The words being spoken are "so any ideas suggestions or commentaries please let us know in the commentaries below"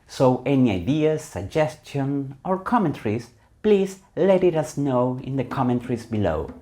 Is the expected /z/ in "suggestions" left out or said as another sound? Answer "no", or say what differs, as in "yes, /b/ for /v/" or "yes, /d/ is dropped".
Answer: yes, /z/ is dropped